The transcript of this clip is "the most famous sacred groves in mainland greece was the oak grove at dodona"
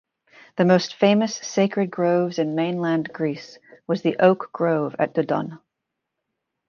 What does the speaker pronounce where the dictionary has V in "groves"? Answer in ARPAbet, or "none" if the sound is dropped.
V